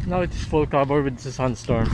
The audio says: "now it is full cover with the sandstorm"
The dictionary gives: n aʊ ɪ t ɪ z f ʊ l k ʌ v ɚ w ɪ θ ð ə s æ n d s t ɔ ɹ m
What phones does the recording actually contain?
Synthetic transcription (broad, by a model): n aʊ ɪ t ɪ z f ʊ l k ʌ b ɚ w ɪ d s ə s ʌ n s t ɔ ɹ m